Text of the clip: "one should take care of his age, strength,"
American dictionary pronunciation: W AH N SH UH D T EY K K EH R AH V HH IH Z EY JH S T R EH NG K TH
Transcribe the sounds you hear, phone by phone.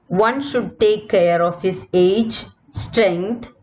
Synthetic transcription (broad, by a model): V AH N SH UH D T EY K K EH R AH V HH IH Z EY JH S T R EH NG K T